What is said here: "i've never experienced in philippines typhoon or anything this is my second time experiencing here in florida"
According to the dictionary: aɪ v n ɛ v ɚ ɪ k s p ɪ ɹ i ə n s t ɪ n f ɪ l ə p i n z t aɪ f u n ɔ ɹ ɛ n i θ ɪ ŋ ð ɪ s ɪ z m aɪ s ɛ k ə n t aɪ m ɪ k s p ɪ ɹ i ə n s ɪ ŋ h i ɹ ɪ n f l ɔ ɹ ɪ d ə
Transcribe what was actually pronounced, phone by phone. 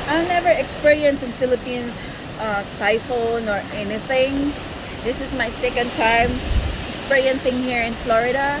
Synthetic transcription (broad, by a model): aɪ n ɛ v ɚ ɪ k s p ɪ ɹ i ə n s ɪ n f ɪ l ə p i n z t aɪ f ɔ n ɔ ɹ ɛ n i θ ɪ ŋ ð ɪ s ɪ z m aɪ s ɛ k ə n t aɪ m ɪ k s p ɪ ɹ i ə n s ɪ ŋ h i ɹ ɪ n f l ɔ ɹ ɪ d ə